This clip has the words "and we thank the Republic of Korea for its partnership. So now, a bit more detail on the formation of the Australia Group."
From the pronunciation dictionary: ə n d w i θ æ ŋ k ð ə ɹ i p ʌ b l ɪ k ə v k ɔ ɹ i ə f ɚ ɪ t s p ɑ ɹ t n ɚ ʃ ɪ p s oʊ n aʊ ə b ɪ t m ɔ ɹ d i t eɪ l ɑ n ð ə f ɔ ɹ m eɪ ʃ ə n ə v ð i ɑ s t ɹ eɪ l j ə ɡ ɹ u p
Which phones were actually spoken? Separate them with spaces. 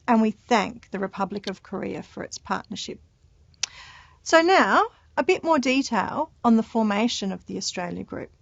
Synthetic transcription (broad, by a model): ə n w i θ æ ŋ k ð ə ɹ i p ʌ b l ɪ k ə v k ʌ ɹ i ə f ɚ ɪ t s p ɑ ɹ t n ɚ ʃ ɪ p s oʊ n aʊ ə b ɪ t m ɔ ɹ d i t eɪ l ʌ n ð ə f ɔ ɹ m eɪ ʃ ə n ə v ð i ɑ s t ɹ eɪ l j ə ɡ ɹ u p